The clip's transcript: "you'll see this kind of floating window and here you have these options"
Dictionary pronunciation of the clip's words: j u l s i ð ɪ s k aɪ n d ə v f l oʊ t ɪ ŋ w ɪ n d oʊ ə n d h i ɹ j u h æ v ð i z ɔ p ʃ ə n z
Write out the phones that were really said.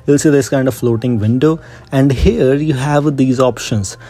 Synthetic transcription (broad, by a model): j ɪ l s i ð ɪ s k aɪ n d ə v f l oʊ t ɪ ŋ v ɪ n d oʊ ə n d h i ɹ j u h æ v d i z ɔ p ʃ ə n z